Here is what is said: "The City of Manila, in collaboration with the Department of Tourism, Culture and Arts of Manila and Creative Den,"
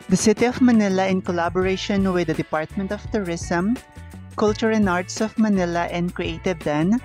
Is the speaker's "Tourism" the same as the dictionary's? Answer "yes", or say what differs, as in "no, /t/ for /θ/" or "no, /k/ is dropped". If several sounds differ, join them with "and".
no, /s/ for /z/